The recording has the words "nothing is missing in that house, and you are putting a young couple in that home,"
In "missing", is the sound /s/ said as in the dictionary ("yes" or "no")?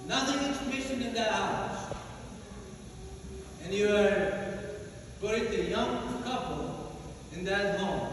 no